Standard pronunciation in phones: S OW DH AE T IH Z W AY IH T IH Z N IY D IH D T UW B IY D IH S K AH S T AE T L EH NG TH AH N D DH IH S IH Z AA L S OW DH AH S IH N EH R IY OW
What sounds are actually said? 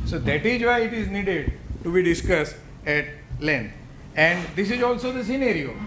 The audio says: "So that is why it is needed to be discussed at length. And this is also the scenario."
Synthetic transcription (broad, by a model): S OW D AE T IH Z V AY IH T IH Z N IY D IH D T UW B IY D IH S K AH S T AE T L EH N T AH N D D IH S IH Z AA L S OW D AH S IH N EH R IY OW